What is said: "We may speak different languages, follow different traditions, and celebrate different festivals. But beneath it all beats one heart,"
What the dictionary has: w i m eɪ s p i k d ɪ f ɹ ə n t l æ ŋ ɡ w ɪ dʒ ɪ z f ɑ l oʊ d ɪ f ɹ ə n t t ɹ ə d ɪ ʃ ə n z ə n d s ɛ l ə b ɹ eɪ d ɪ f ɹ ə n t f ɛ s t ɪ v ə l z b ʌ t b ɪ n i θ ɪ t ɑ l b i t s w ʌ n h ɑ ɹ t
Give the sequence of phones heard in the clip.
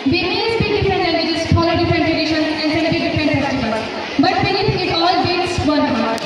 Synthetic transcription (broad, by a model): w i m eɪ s b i d ɪ f ɹ ə n t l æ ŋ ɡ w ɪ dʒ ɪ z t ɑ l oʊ d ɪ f ɹ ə n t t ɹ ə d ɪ ʃ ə n ə n d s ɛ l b i d ɪ f ɹ ə n t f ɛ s t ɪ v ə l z b ʌ t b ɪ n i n ɪ t ɑ l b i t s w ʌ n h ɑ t